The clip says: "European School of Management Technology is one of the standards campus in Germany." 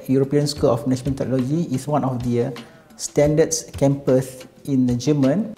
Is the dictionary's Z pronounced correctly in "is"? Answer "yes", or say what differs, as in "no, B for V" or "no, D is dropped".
no, S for Z